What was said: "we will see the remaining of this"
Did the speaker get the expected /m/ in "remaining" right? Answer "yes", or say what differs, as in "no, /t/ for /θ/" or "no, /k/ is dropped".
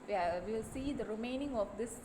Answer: yes